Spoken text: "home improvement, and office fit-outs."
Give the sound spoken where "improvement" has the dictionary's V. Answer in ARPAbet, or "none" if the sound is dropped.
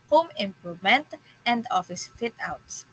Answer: none